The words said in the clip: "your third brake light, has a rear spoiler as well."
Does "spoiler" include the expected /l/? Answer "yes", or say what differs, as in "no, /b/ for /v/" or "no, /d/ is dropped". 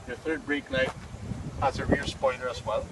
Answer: no, /n/ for /l/